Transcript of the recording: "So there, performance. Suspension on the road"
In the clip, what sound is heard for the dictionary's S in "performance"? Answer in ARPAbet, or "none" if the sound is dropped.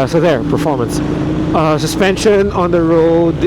S